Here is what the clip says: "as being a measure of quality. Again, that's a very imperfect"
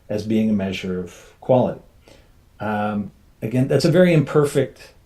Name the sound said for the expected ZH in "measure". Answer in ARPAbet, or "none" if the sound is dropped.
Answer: ZH